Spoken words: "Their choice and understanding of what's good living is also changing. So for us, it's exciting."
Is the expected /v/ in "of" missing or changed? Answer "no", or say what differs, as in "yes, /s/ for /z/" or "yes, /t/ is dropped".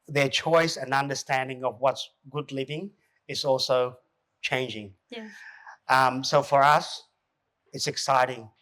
no